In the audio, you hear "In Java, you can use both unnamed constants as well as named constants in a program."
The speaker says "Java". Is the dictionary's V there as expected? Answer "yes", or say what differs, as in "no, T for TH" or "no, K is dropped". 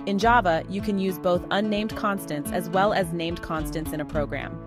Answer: yes